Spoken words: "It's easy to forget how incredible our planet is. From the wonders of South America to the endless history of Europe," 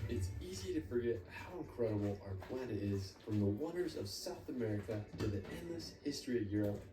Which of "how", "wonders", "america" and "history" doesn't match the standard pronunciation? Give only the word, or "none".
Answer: none